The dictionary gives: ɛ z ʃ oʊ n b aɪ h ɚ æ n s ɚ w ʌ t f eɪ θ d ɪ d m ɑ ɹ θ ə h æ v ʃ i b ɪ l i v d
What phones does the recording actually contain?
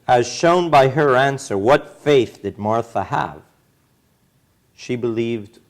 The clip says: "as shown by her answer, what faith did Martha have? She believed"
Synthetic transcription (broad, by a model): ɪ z ʃ oʊ n b aɪ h ɚ æ n s ɚ w ʌ t f eɪ θ d ɪ d m ɑ ɹ θ ə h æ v ʃ i b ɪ l i v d